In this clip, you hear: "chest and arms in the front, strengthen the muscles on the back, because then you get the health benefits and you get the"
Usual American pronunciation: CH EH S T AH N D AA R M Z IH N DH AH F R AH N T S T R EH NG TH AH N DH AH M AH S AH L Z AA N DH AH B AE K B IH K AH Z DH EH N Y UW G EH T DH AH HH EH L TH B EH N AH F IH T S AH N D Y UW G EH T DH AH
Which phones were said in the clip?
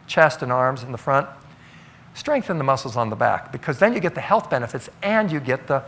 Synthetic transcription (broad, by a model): CH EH S T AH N AA R M Z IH N DH AH F R AH N T S T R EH NG TH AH N DH AH M AH S L Z N DH AH B AE K B IH K AH Z DH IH N Y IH G EH T DH AH HH EH L TH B EH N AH F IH T S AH N Y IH G EH T DH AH